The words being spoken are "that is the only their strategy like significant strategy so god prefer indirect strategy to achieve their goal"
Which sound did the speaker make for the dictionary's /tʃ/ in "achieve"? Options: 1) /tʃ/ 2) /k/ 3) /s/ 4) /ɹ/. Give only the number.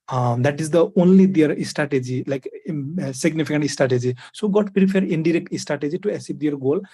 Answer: 3